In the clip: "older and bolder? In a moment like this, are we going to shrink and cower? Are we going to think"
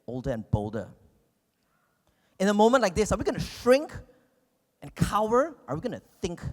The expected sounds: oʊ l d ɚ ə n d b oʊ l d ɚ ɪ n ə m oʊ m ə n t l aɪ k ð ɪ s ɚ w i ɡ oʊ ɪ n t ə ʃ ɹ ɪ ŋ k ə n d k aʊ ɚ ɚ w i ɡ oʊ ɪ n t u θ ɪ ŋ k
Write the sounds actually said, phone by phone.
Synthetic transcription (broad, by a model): oʊ l d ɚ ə n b oʊ l d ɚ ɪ n ə m oʊ m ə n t l aɪ k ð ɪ s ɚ w i ɡ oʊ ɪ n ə ʃ ɹ ɪ ŋ k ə n k aʊ ɚ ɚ w i ɡ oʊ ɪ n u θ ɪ ŋ k